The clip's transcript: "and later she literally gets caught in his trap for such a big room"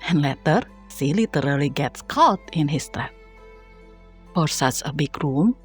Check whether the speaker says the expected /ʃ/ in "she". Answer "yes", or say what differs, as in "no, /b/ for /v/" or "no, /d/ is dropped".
no, /s/ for /ʃ/